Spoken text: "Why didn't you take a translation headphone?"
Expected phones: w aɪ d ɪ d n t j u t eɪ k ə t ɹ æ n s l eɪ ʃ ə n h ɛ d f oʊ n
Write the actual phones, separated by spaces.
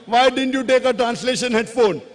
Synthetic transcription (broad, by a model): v aɪ d ɪ d n t j u t eɪ k ə t ɹ æ n s l eɪ ʃ ə n h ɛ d f oʊ n